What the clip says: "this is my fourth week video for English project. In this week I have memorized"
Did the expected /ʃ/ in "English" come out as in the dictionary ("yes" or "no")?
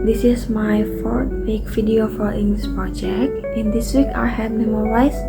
no